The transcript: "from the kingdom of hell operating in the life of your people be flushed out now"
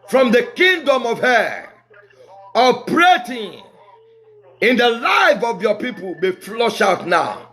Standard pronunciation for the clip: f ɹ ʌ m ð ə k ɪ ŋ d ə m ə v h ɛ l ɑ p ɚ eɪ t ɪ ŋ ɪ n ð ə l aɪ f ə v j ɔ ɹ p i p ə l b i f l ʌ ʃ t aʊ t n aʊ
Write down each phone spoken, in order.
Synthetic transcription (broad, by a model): f ɹ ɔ m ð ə k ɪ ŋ d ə m ə v h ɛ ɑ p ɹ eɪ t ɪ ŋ ɪ n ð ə l aɪ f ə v j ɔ p i p ə l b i f l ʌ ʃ aʊ t n aʊ